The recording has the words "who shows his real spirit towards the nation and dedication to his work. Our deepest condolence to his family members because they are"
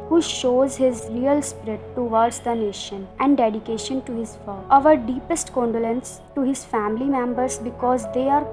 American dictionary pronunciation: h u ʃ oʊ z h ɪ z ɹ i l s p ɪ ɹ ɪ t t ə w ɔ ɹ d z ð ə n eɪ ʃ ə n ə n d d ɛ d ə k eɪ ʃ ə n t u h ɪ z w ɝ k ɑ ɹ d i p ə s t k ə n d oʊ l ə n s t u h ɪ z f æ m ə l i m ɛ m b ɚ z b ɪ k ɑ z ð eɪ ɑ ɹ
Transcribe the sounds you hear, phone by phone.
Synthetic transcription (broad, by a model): h u ʃ oʊ z h ɪ z ɹ i l s p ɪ ɹ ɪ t t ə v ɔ ɹ d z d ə n eɪ ʃ ə n ə n d d ɛ d ə k eɪ ʃ ə n t u h ɪ z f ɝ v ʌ ɹ d i p ə s t k ə n d oʊ l ə n s t u h ɪ z f æ m ə l i m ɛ m b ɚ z b ɪ k ɑ z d eɪ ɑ ɹ